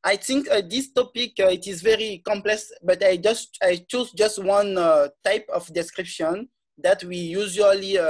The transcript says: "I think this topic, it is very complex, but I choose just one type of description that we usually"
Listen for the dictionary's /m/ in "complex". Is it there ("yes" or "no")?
yes